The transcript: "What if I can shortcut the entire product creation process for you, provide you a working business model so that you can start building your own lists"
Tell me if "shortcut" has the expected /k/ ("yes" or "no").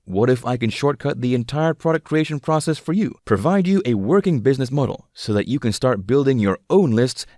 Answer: yes